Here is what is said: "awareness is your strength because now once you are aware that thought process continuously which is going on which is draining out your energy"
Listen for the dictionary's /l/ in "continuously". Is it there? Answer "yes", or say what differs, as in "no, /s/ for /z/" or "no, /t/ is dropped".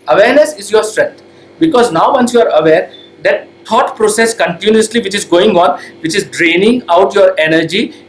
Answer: yes